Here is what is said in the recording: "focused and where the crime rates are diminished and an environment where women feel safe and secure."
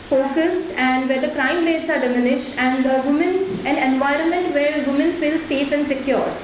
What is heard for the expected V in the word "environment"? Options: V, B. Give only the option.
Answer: V